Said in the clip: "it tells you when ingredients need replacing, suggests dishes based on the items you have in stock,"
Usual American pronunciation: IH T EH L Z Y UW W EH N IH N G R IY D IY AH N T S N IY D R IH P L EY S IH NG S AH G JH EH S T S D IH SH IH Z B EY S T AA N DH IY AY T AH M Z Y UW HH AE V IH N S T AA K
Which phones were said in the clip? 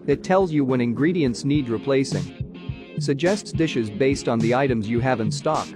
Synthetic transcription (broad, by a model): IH T EH L Z Y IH W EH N IH N G R IY D IY AH N T S N IY D R IH P L EY S IH NG S AH G JH EH S T S D IH SH IH Z B EY S T N DH IY AY T AH M Z Y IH HH AE V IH N S T AA K